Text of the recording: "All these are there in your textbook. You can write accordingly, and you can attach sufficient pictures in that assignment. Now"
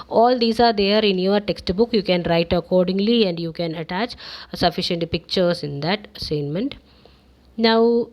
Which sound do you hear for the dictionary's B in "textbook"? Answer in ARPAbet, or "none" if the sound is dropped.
B